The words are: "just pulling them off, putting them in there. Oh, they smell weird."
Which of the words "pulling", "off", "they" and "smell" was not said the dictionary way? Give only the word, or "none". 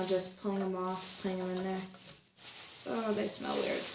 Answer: none